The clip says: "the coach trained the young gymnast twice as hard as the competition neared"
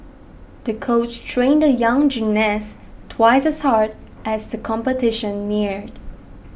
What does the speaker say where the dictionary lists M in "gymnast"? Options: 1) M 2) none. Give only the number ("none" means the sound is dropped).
2